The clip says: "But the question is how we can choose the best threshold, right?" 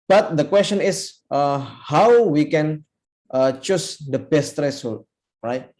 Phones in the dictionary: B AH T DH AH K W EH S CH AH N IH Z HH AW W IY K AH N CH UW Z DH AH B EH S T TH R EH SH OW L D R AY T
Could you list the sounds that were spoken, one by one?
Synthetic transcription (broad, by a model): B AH T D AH K W EH S CH AH N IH S HH AW W IY K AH N CH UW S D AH B EH S T R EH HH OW L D R AY T